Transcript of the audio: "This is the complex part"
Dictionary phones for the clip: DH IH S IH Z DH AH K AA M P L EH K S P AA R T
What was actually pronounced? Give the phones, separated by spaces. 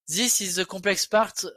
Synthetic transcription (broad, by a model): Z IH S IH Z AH K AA P L EH K S P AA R T